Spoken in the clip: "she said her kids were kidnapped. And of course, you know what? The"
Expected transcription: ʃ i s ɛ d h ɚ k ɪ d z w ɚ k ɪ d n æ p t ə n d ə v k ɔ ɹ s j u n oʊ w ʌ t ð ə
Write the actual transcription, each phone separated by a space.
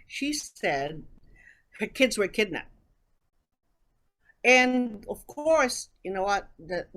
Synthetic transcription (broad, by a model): ʃ i s ɛ d h ɚ k ɪ d z w ɚ k ɪ d n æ p ə n ə v k ɔ ɹ s j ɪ n oʊ w ʌ t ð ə